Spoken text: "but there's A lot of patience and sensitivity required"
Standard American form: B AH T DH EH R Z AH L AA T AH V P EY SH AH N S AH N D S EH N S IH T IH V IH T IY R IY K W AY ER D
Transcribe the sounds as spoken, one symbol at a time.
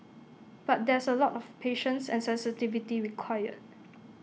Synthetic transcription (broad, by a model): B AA T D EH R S AH L AA T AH F P EY SH AH N S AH N S EH N S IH T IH V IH T IY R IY K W AY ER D